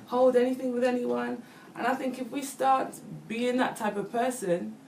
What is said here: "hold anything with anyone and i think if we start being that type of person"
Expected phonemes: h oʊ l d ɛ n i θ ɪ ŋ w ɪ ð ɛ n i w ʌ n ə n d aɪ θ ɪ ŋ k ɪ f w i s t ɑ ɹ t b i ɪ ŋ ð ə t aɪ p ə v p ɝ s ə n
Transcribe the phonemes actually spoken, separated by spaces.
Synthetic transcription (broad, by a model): h oʊ l d ɛ n i θ ɪ ŋ w ɪ ð ɛ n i w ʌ n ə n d aɪ θ ɪ ŋ k ɪ f w i s t ɑ ɹ t b i ɪ ŋ ð ə t aɪ p ə v p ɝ s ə n